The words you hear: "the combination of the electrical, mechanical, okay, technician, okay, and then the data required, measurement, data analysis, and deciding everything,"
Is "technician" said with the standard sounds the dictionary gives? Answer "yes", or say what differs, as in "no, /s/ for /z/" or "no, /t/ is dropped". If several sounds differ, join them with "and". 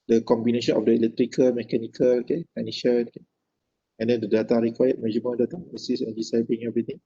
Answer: no, /k/ is dropped